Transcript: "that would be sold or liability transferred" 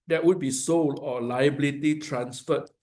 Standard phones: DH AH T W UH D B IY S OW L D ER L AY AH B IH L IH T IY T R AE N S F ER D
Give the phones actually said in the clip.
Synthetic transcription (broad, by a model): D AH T W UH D B IY S OW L AO L AY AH B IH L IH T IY T R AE N S F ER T